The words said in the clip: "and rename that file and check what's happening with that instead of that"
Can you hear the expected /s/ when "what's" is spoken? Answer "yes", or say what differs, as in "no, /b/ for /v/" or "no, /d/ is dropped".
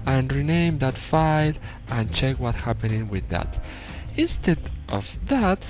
no, /s/ is dropped